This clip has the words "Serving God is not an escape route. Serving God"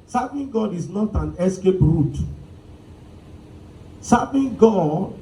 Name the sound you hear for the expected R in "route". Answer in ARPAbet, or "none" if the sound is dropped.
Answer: R